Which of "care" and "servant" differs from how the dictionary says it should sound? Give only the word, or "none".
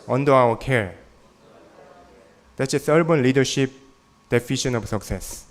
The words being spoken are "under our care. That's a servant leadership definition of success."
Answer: servant